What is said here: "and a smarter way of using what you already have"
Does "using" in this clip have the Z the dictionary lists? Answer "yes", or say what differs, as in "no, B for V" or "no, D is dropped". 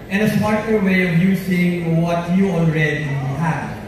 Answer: no, S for Z